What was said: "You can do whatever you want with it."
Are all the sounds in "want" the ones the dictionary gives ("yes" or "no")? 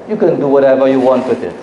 yes